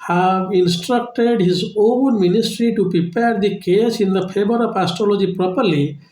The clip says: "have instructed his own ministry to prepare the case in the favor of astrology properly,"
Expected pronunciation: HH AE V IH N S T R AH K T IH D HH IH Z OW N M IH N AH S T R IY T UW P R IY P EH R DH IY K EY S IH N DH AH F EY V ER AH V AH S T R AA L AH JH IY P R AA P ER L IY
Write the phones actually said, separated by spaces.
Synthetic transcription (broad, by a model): HH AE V IH N S T R AH K T IH D HH IH Z OW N M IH N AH S T R IY T UW P R IY P EH R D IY K EY S IH N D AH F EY B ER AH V AH S T R AA L AH JH IY P R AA P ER L IY